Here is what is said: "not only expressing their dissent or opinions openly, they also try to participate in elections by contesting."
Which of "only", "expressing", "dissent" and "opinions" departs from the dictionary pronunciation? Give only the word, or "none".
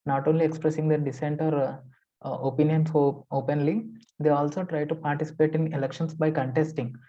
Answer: opinions